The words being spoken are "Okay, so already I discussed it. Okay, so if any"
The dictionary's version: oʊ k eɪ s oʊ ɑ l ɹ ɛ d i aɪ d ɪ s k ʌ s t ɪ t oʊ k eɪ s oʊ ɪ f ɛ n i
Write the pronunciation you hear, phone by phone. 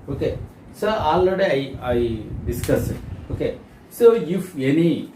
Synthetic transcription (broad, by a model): oʊ k eɪ s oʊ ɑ l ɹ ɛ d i aɪ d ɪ s k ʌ s ɪ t oʊ k eɪ s oʊ ɪ f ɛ n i